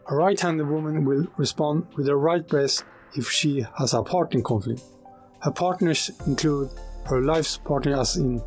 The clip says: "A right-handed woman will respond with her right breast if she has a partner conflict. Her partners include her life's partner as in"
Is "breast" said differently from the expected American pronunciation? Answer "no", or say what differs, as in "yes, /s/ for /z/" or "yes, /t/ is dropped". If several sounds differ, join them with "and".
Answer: yes, /t/ is dropped